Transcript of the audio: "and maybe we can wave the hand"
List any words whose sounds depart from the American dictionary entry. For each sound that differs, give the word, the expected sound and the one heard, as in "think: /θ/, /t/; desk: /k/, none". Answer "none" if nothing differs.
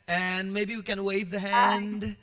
none